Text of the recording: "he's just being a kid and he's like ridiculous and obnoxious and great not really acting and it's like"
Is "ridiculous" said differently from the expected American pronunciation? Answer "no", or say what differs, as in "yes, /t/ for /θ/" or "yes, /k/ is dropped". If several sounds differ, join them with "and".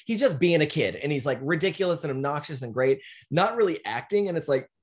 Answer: no